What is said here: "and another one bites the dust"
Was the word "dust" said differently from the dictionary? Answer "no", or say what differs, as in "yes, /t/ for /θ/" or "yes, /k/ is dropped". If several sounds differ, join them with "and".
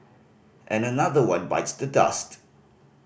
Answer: no